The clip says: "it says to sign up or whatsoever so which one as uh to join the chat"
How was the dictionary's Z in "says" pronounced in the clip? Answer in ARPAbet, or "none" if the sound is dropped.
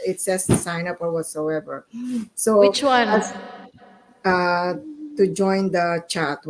S